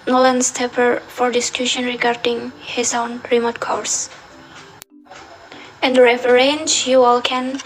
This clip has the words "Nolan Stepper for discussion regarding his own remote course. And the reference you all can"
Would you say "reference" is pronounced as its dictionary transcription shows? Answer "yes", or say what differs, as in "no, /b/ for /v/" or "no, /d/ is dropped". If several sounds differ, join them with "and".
no, /f/ is dropped